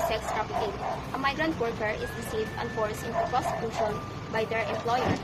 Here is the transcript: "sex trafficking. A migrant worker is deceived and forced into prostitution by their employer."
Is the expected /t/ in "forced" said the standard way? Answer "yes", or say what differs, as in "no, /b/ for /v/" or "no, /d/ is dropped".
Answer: no, /t/ is dropped